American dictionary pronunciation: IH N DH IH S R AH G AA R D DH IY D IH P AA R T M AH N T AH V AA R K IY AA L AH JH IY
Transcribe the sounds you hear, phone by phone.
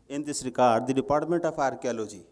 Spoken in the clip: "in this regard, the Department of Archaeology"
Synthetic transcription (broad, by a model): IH N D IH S R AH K AA R D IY D IH P AA R T M AH N T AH P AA R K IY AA L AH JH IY